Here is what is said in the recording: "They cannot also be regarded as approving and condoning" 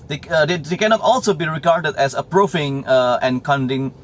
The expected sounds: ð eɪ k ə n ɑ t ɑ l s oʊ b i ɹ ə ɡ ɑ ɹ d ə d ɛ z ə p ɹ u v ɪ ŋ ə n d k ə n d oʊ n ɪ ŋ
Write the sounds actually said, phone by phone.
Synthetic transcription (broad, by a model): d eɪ k ə n ɑ t ɑ l s oʊ b i ɹ ə ɡ ɑ ɹ d ə d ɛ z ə p ɹ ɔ f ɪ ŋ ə n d k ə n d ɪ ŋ